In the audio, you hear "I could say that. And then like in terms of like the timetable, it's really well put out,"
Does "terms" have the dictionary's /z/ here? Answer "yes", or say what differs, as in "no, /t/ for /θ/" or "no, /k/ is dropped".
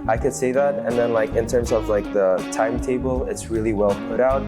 yes